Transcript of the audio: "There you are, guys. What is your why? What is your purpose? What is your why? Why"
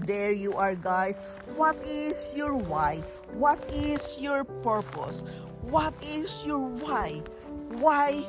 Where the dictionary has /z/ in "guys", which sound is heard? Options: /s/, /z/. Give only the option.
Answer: /s/